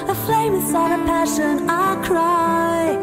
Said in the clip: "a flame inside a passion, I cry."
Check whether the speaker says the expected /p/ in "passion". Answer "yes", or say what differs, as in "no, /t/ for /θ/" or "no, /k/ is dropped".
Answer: yes